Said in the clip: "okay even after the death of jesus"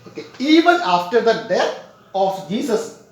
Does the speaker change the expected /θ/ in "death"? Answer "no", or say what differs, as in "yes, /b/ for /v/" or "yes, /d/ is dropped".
yes, /t/ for /θ/